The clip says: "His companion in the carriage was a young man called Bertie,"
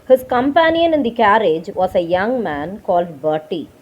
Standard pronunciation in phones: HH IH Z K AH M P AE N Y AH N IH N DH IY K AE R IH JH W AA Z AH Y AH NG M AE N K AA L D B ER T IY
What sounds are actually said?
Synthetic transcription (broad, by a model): HH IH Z K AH M P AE N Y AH N IH N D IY K AE R IH JH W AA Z AH Y AH NG M AE N K AA L D B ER T IY